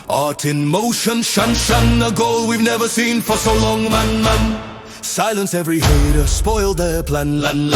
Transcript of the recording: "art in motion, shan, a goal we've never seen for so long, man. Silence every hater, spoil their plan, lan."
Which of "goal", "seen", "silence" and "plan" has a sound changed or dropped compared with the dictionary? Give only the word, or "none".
none